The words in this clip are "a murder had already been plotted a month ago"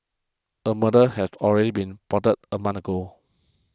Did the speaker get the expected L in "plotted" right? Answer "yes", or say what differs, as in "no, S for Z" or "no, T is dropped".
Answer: no, L is dropped